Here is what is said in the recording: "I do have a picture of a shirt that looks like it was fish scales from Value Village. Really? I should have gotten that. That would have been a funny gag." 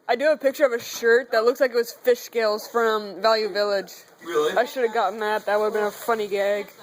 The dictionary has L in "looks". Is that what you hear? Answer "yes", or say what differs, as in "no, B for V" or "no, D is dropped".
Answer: yes